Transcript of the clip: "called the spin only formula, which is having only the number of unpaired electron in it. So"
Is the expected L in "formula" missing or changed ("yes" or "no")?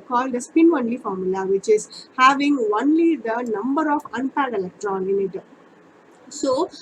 no